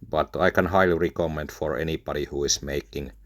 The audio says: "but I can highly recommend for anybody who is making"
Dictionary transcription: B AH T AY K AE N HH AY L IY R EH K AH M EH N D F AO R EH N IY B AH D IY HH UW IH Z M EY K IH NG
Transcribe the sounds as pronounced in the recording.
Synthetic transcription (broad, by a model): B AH T AY K AE N HH AY L IY R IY K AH M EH N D F AO R EH N IY B AH D IY HH UW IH S M EY K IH NG